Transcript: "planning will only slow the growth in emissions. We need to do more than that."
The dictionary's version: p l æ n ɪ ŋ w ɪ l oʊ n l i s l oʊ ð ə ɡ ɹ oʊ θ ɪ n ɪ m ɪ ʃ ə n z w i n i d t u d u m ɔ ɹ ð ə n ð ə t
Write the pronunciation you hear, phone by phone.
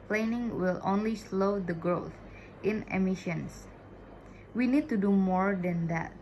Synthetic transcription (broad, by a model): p l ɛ n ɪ ŋ w ɪ l oʊ n l i s l oʊ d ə ɡ ɹ oʊ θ ɪ n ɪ m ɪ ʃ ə n s w i n i d t u d u m ɔ ɹ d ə n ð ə t